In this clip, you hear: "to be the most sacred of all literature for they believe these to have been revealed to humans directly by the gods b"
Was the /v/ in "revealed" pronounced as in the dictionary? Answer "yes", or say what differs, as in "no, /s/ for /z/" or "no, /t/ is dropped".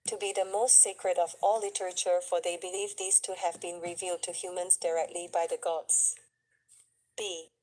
yes